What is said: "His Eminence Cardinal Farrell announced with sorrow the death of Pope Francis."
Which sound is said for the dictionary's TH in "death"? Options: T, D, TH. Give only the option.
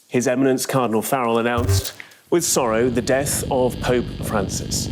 TH